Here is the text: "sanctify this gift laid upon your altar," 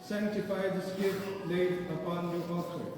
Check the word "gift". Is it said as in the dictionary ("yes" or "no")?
no